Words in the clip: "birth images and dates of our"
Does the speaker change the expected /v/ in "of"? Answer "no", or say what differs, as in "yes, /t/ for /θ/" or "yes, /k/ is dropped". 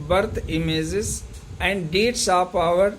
yes, /p/ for /v/